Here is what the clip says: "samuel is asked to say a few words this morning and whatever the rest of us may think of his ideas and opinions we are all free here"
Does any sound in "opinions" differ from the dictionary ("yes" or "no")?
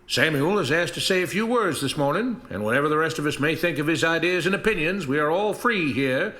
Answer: no